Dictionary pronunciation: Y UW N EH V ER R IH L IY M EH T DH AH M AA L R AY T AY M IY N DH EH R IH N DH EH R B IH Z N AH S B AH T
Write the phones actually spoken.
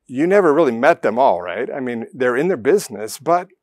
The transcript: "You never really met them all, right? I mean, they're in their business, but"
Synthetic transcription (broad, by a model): Y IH N EH V ER R IH L IY M EH T DH AH M AA L R AY T AY M IY N DH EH R IH N DH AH R B IH Z N AH S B AH T